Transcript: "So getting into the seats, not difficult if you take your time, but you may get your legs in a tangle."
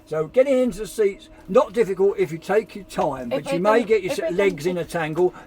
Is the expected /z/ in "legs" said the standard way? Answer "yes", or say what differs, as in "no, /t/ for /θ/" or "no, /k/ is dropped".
yes